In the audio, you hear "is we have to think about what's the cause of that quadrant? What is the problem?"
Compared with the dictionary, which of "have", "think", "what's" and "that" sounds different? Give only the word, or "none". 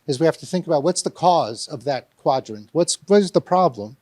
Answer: have